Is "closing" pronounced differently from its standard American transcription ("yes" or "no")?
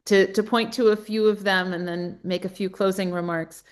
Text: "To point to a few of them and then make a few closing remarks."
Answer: no